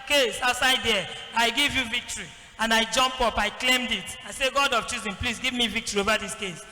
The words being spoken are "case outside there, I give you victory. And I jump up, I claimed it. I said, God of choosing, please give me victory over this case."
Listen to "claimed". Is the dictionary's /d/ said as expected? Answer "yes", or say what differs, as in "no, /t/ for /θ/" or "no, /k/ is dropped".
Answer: yes